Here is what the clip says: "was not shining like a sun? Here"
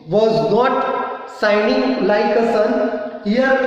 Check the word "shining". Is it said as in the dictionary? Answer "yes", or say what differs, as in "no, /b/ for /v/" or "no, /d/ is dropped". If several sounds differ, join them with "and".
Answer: no, /s/ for /ʃ/